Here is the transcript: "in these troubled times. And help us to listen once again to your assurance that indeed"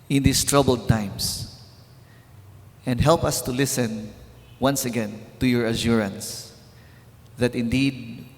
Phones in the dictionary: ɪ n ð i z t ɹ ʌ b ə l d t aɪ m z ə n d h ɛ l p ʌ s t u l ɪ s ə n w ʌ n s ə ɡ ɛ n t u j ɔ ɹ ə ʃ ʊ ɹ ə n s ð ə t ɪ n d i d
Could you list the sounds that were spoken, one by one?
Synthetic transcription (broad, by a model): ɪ n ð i s t ɹ ʌ b ə l d t aɪ m s ə n d h ɛ l p ʌ s t u l ɪ s ə n w ʌ n s ə ɡ ɛ n t u j ɔ ɹ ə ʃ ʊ ɹ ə n s ð ə t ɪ n d i d